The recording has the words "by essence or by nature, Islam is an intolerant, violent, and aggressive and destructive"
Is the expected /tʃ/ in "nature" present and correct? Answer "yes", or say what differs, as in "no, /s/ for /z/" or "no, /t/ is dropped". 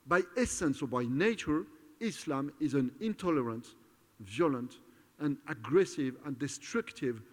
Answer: yes